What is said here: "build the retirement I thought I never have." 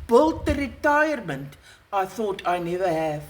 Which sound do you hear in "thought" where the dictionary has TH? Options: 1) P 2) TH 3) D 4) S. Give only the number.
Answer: 2